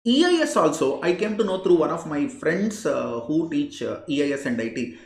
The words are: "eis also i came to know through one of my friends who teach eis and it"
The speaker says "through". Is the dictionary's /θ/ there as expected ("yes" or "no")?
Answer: no